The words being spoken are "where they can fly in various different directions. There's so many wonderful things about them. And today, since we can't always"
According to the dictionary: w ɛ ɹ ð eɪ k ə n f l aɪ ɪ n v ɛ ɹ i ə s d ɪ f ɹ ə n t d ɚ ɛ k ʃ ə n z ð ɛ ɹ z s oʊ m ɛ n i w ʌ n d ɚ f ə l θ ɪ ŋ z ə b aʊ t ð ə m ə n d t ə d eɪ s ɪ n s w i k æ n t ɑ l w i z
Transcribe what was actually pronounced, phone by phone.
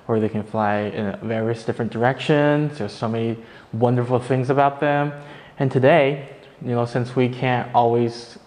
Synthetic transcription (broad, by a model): w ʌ ɹ ð eɪ k ə n f l aɪ ɪ n v ɛ ɹ i ə s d ɪ f ɹ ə n d ɚ ɛ k ʃ ə n z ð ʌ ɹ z s oʊ m ɛ n i w ʌ n d ɚ f l θ ɪ ŋ z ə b aʊ t ð ə m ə n t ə d eɪ s ɪ n s w i k æ n t ɑ l w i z